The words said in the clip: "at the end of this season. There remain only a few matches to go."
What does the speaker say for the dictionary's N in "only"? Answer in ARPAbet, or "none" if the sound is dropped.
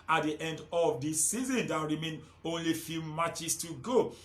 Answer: N